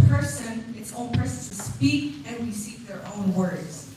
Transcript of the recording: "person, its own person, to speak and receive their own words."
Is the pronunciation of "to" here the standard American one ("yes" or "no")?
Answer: no